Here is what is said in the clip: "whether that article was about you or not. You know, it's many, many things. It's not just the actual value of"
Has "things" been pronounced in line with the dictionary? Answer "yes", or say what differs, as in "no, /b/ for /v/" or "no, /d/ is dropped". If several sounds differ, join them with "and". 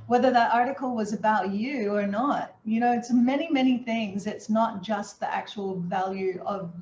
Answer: yes